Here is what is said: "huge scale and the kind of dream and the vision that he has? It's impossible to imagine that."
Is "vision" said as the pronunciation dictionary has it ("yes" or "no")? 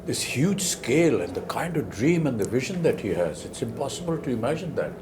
yes